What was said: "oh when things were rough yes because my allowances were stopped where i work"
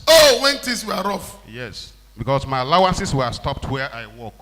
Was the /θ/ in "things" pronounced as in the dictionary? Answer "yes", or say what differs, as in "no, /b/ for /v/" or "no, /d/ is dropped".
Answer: no, /t/ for /θ/